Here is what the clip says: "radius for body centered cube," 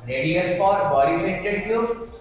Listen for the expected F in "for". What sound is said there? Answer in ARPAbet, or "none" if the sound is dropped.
P